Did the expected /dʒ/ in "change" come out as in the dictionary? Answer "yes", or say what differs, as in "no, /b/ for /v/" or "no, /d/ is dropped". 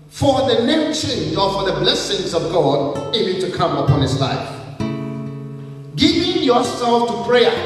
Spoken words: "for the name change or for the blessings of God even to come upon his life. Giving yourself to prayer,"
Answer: no, /z/ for /dʒ/